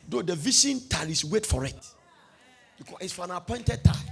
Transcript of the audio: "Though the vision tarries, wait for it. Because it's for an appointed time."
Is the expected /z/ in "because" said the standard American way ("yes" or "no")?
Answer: no